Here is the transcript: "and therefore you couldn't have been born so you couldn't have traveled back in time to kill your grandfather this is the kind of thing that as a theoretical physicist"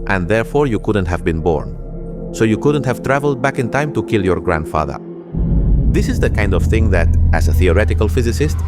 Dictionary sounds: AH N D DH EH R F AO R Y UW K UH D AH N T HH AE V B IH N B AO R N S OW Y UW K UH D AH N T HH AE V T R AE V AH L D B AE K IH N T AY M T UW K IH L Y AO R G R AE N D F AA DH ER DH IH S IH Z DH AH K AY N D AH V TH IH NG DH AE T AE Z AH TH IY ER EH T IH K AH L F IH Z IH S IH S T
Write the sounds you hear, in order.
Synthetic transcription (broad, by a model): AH N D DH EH R F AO R Y UW K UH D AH N T HH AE V B IH N B AO R N S OW Y UW K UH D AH N T HH AE V T R AE V AH L D B AE K IH N T AY M T UW K IH L Y AO R G R AE N D F AA DH ER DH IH S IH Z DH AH K AY N D AH V TH IH NG DH AE T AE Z AH TH IY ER EH T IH K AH L F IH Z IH S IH S T